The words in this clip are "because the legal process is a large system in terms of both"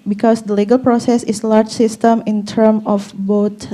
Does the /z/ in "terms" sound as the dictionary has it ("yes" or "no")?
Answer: no